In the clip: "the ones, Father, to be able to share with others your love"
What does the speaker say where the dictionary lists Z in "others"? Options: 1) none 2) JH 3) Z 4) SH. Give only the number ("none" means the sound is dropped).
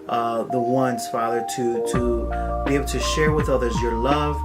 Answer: 3